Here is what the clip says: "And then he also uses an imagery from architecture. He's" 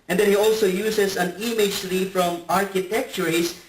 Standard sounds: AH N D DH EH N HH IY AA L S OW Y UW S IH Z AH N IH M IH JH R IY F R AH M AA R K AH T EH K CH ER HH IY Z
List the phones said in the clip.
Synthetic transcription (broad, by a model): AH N D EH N HH IY AA L S OW Y UW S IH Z AH N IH M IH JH L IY F R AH M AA R K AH T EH K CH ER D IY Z